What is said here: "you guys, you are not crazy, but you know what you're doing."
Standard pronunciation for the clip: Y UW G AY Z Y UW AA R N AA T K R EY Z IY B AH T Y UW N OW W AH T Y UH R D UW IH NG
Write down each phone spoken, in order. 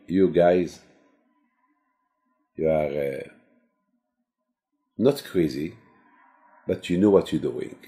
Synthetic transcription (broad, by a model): Y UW G AY Z Y UW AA R N AA T K R EY Z IY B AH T Y UW N OW W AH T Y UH D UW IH NG